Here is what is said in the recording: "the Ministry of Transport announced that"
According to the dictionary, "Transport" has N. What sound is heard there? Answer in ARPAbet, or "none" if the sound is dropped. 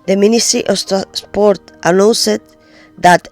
none